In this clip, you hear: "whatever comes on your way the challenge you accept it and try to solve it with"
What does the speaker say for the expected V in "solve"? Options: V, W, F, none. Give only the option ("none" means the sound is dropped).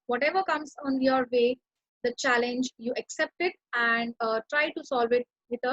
V